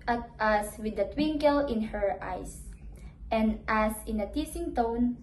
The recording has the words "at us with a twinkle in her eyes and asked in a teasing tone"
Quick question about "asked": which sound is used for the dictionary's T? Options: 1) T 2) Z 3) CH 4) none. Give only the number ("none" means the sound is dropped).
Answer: 4